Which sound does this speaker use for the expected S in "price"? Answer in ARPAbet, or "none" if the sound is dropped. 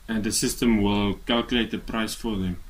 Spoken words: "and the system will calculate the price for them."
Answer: S